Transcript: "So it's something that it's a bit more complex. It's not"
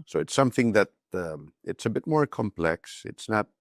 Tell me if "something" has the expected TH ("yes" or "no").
yes